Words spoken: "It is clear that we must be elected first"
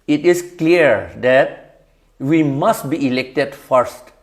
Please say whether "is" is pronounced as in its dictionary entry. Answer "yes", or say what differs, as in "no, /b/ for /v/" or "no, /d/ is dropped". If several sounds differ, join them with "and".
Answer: no, /s/ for /z/